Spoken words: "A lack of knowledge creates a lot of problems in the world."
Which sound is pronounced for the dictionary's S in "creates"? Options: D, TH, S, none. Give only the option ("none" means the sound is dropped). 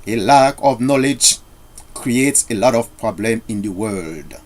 S